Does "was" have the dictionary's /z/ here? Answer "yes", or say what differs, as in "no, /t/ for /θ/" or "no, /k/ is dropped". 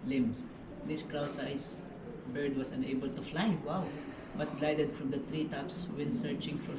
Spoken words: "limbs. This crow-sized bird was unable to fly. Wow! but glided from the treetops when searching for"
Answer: no, /s/ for /z/